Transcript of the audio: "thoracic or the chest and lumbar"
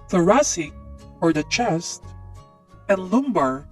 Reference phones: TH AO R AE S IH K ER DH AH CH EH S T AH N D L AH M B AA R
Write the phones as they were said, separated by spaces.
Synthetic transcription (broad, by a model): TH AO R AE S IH ER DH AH CH EH S T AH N L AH M B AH R